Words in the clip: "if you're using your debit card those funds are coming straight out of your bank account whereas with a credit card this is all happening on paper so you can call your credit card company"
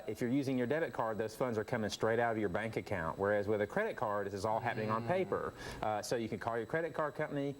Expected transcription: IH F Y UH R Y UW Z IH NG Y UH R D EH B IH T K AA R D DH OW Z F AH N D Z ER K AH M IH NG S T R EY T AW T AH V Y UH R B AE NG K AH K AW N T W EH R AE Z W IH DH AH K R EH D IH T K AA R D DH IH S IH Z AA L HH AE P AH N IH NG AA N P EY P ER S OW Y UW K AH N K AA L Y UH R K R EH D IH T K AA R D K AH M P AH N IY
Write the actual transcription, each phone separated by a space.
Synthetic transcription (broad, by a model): IH F Y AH R Y UW Z IH NG Y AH R D EH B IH T K AA R D DH OW Z F AH N D Z ER K AH M IH NG S T R EY T AW T AH V Y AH R B AE NG K AH K AW N T W EH R AE Z W IH DH AH K R EH D IH T K AA R DH IH S IH Z AA L HH AE P AH N IH NG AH N P EY P ER S OW Y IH K AH N K AA L Y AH R K R EH D IH T K AA R D K AH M P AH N IY